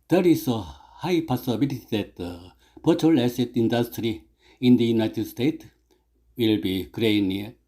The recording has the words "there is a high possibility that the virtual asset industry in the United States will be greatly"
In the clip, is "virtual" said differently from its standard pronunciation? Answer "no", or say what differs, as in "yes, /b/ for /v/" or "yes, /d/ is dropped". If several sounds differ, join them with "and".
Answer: yes, /b/ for /v/